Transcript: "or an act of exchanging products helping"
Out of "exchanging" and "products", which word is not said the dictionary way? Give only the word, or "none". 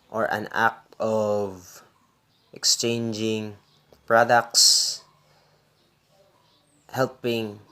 none